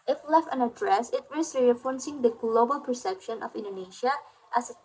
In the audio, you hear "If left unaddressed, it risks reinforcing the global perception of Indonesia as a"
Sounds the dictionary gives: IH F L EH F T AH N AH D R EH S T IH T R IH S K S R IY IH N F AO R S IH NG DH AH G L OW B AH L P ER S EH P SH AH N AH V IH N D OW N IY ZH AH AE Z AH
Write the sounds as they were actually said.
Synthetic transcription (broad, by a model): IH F L EH F T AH N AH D R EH S IH T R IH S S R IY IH F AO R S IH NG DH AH G L OW B AH L P ER S EH P SH AH N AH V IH N D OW N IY SH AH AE S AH